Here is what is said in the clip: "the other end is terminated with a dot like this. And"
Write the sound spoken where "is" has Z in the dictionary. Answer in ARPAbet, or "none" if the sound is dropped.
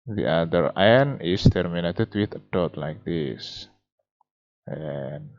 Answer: S